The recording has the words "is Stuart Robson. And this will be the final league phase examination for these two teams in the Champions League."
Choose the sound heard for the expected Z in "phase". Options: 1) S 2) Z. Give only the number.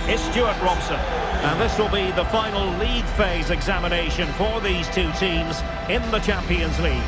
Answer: 2